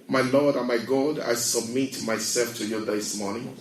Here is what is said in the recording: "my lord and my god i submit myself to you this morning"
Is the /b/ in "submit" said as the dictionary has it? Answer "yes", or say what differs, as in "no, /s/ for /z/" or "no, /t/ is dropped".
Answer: yes